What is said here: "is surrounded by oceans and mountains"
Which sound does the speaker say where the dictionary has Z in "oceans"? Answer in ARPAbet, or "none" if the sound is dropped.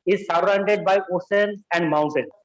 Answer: none